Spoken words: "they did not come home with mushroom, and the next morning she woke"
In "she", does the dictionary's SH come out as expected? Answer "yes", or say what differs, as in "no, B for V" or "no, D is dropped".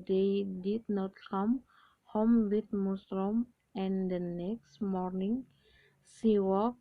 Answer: no, S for SH